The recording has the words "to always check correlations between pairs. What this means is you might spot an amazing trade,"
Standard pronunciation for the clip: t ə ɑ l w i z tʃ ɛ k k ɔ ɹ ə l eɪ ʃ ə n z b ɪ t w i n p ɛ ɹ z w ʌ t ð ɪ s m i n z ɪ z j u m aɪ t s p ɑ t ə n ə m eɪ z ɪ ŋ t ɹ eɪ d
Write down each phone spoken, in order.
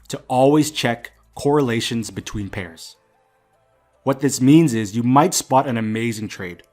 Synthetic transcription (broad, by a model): t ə ɑ l w i z tʃ ɛ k k ɔ ɹ ə l eɪ ʃ ə n z b ɪ t w i n p ɛ ɹ z w ʌ t ð ɪ s m i n z ɪ z j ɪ m aɪ t s p ɑ t ə n ə m eɪ z ɪ ŋ t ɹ eɪ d